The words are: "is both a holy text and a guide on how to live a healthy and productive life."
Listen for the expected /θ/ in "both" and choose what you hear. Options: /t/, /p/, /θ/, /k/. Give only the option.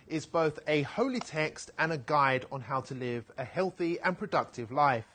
/θ/